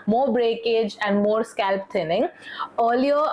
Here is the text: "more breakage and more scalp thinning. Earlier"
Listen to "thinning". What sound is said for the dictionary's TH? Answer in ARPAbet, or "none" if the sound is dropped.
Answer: T